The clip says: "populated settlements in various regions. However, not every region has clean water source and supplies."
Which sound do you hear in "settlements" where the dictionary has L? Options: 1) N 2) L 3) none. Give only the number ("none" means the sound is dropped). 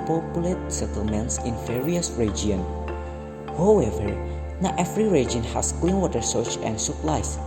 2